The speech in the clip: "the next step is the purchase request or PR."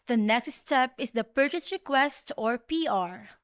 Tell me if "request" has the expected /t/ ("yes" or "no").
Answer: yes